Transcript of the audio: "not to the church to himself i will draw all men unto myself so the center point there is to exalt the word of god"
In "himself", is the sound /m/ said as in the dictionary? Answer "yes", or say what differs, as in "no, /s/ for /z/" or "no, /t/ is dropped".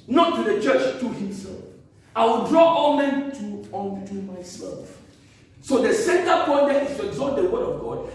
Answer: yes